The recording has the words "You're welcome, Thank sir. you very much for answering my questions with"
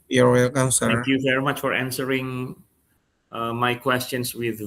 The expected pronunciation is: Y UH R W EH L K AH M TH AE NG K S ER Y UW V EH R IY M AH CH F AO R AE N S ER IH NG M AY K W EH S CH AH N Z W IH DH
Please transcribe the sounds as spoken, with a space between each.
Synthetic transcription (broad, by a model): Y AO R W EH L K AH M S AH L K Y UW V EH R IY M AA CH F AO R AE N S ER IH NG M AY K W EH S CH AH N S W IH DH